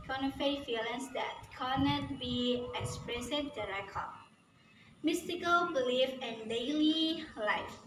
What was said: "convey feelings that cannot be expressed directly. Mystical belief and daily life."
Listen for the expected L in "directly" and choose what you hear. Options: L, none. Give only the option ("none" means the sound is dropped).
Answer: none